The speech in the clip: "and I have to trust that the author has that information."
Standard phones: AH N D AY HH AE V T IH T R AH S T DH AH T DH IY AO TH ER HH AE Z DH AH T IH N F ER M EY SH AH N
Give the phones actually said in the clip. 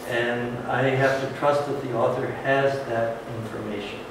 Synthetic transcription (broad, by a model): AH N AY HH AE F T IH T R AH S T DH AH T DH IY AO TH ER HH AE Z DH AH T IH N F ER M EY SH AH N